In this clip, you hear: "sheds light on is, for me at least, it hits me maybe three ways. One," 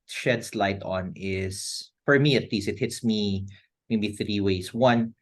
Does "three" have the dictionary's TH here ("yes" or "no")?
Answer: yes